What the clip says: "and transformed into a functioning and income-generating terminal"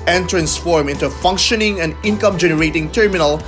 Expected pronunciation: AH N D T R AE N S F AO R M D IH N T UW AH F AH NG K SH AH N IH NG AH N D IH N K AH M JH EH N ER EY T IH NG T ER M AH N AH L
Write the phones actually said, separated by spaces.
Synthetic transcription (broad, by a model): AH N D T R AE N S F AO R M IH N T UW AH F AH NG K SH AH N IH NG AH N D IH N K AH M JH EH N ER EY T IH NG T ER M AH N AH L